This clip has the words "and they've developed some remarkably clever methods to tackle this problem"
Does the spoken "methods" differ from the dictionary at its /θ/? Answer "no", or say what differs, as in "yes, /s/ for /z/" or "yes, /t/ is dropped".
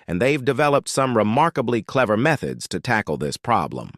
no